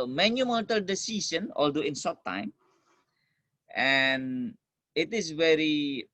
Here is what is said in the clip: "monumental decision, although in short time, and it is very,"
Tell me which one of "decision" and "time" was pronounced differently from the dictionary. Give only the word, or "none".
decision